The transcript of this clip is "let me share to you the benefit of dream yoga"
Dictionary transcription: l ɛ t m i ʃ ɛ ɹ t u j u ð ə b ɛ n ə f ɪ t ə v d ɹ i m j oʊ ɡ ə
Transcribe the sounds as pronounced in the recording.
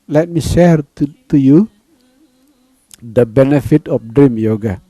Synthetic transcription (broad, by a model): l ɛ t m i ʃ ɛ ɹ t u j u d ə b ɛ n ə f ɪ t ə p d ɹ i m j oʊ ɡ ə